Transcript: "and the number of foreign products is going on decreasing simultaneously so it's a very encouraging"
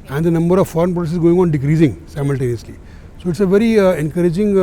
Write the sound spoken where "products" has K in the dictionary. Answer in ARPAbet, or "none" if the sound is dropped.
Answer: none